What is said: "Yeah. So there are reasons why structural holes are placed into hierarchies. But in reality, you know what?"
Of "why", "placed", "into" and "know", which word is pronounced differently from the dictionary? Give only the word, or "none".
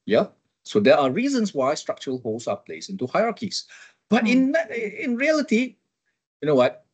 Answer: placed